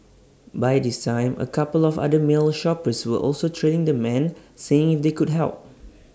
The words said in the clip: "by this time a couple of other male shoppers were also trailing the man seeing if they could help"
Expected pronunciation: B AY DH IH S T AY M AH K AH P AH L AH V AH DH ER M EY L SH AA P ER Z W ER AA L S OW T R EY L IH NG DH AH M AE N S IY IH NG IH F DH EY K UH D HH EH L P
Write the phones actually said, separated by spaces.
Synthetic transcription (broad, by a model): B AY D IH S T AY M AH K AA P AH L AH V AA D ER M EY L SH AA P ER S W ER AA L S OW T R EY N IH NG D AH M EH N S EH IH NG IH F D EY K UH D HH EH L P